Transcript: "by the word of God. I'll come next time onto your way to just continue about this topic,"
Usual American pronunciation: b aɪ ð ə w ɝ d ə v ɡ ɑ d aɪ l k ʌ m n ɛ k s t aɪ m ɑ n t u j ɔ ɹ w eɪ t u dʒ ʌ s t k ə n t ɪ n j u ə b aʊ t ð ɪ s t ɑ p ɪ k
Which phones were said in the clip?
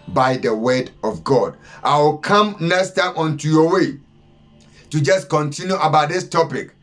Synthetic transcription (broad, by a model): b aɪ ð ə w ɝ d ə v ɡ ɑ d aɪ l k ʌ m n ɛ s t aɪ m ɑ n t u j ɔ w eɪ t u dʒ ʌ s k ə n t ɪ n j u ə b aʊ t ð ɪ s t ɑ p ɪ k